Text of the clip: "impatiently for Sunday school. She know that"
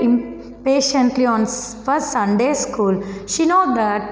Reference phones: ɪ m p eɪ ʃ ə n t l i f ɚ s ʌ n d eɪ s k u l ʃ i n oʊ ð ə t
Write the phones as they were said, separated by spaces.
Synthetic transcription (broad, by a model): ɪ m p eɪ ʃ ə n t l i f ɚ s ʌ n d eɪ s k u l ʃ i n oʊ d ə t